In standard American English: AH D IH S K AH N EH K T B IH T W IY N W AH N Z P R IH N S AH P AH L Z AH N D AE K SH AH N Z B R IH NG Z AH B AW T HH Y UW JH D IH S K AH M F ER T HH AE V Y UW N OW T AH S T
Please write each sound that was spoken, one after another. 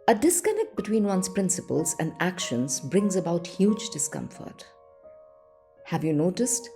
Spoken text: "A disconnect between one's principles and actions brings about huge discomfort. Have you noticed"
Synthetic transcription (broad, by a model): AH D IH S K AH N EH K T B IH T W IY N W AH N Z P R IH N S AH P AH L Z AH N D AE K SH AH N Z B R IH NG Z AH B AW T HH Y UW JH D IH S K AH M F ER T HH AE V Y UW N OW T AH S T